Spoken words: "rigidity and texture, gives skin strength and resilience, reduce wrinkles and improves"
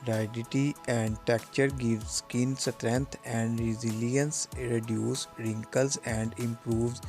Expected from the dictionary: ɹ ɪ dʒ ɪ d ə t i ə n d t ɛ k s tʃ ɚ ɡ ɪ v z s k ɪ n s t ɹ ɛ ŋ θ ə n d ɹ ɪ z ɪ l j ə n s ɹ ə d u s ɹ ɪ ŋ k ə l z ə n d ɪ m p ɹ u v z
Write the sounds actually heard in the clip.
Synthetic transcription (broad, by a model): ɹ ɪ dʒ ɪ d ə t i ə n d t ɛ k tʃ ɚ ɡ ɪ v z s k ɪ n s t ɹ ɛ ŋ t ə n d ɹ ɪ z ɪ l j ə n s ɹ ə d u s ɹ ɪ ŋ k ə l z ə n d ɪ m p ɹ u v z